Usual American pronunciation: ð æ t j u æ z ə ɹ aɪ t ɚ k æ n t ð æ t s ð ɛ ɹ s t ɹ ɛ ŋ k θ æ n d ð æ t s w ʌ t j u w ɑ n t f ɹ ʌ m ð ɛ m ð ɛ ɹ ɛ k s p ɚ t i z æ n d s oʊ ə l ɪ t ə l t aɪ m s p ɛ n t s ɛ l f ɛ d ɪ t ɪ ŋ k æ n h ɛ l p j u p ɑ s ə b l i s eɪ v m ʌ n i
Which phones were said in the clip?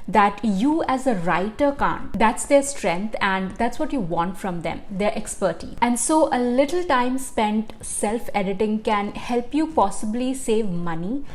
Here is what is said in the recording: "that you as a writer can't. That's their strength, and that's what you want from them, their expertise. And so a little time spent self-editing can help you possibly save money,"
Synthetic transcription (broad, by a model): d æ t j u æ z ə ɹ aɪ t ɚ k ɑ n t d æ t s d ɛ ɹ s t ɹ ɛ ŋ k t æ n d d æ t s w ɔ t j u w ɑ n t f ɹ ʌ m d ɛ m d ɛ ɹ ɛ k s p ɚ t i æ n d s oʊ ə l ɪ t ə l t aɪ m s p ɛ n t s ɛ l f ɛ d ɪ t ɪ ŋ k æ n h ɛ l p j u p ɑ s ə b l i s eɪ v m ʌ n i